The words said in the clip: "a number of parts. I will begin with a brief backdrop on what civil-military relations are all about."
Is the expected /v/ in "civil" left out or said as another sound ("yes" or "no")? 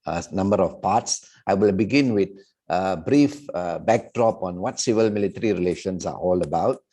no